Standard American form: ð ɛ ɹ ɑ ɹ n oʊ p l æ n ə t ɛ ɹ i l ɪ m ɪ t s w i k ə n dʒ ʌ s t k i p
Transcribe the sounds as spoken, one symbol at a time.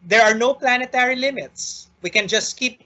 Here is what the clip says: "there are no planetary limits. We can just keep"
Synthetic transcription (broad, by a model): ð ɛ ɹ ɑ ɹ n oʊ p l æ n ə t ɛ ɹ i l ɪ m ɪ t s w i k ə n dʒ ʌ s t k i p